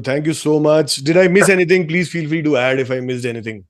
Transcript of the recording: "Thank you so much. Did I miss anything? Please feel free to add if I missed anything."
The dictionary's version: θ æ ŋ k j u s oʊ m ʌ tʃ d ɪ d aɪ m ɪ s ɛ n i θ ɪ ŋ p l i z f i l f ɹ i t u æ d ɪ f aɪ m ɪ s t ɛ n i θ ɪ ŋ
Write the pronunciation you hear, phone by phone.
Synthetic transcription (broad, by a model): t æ ŋ k j u s oʊ m ʌ tʃ d ɪ d aɪ m ɪ s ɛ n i t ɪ ŋ p l i z f i l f l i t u æ d ɪ f aɪ m ɪ s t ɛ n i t ɪ ŋ